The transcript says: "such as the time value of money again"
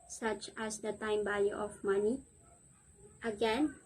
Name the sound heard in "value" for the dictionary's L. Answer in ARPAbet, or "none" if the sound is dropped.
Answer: none